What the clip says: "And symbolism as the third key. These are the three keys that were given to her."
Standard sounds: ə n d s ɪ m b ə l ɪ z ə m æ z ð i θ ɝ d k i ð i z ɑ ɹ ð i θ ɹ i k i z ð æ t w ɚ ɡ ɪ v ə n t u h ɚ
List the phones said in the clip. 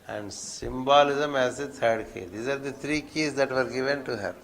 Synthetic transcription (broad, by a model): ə n d s ɪ m b ə l ɪ z ə m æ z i t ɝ d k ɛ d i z ɑ ɹ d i t ɹ i k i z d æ t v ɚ ɡ ɪ v ə n t u h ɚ